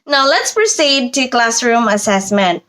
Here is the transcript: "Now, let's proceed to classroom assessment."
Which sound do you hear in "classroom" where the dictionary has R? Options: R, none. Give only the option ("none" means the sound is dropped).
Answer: R